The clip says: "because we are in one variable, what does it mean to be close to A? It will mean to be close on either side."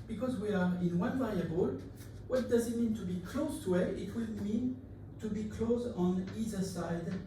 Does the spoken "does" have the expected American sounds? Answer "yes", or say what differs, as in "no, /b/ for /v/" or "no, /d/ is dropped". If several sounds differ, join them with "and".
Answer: yes